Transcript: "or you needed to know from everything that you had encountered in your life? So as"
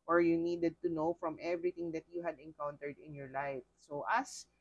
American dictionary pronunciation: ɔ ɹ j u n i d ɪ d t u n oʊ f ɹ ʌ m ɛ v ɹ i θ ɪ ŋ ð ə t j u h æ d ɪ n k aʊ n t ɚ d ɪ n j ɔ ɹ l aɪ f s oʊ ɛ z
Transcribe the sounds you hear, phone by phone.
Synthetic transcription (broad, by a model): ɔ ɹ j u n i d ɪ d t u n oʊ f ɹ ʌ m ɛ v ɹ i t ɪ ŋ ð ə t j u h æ d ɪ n k aʊ n t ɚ d ɪ n j ɔ ɹ l aɪ f s oʊ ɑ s